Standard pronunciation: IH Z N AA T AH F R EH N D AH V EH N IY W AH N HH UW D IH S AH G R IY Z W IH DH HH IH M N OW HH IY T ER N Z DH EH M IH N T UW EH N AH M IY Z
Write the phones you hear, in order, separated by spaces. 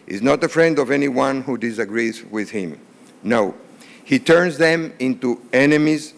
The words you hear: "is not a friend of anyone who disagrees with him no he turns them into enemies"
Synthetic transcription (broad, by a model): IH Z N AA T AH F R EH N D AH V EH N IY W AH N HH UW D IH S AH G R IY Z W IH DH HH IH M N OW HH IY T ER N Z DH EH M IH N T UW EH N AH M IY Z